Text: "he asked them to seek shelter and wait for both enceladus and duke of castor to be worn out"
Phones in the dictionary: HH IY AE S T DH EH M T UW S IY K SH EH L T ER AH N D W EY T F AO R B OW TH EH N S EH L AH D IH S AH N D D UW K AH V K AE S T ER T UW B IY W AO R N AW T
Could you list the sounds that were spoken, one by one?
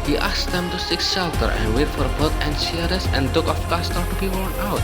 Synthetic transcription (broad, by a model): HH IY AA S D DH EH M T UW S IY K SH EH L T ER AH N W EY T F AO R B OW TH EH N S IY AH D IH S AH N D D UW K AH F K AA S T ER T UW B IY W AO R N AW T